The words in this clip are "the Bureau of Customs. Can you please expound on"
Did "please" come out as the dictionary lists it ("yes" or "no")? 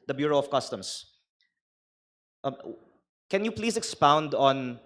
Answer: no